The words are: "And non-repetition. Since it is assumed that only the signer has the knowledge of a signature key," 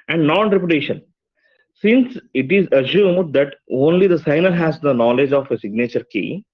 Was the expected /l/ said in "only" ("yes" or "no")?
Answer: yes